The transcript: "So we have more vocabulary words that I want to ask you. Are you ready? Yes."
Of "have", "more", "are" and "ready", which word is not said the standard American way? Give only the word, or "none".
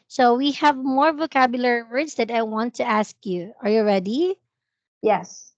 none